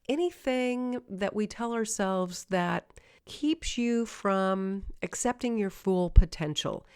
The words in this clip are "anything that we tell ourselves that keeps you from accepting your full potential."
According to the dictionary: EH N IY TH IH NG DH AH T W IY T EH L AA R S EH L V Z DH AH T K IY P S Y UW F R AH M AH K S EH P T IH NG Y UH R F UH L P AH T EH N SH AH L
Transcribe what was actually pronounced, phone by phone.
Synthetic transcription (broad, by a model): EH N IY TH IH NG DH AH T W IY T EH L AA R S EH L V Z DH AH T K IY P S Y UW F R AH M AH K S EH P T IH NG Y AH R F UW L P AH T EH N SH L